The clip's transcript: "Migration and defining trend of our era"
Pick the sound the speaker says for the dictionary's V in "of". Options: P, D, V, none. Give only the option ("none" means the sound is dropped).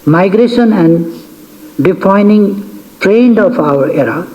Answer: P